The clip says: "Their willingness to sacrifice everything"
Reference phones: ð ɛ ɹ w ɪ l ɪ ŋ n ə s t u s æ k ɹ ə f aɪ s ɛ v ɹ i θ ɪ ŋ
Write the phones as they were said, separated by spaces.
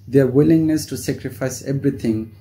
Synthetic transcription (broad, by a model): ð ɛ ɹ w ɪ l ɪ ŋ n ə s t u s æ k ɹ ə f aɪ s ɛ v ɹ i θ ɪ ŋ